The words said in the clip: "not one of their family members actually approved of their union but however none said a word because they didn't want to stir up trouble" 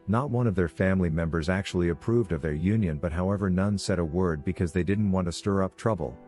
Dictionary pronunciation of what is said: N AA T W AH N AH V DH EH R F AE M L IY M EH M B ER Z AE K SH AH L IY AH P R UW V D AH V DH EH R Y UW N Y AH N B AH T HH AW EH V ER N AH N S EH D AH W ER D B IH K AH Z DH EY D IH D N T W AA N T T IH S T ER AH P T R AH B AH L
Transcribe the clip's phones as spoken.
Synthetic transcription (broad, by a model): N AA T W AH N AH V DH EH R F AE M L IY M EH M B ER Z AE K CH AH L IY AH P R UW V D AH V DH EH R Y UW N Y AH N B AH T HH AW EH V ER N AH N S EH D AH W ER D B IH K AH Z DH EY D IH D N T W AA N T T IH S T ER AH P T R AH B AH L